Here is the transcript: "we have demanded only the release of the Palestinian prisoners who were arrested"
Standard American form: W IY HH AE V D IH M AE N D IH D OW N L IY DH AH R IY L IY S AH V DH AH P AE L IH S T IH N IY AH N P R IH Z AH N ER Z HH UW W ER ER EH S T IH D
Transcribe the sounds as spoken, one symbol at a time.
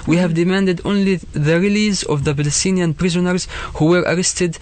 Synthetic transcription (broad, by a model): W IY HH AE V D IH M AE N D IH D OW N L IY DH AH R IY L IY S AH V DH AH B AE L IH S T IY N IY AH N P R IH Z AH N ER Z HH UW W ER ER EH S T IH D